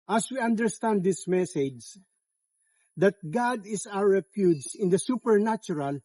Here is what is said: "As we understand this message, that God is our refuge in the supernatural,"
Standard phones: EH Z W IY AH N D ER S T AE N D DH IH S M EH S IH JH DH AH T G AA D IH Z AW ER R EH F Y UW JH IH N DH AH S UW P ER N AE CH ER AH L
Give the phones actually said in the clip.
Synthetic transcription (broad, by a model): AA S W IY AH N D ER S T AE N D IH S M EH S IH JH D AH T G AA D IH S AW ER R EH P Y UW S IH N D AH S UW P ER N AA CH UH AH L